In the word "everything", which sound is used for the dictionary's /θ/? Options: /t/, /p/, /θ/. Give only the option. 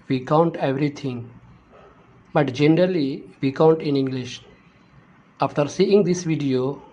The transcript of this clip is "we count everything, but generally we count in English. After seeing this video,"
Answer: /t/